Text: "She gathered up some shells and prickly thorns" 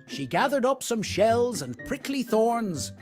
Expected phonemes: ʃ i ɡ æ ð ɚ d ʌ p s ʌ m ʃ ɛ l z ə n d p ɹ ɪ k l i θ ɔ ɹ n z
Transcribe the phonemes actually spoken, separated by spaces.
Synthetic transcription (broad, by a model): ʃ i ɡ æ ð ɚ d ʌ p s ʌ m ʃ ɛ l z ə n p ɹ ɪ k l i θ ɔ ɹ n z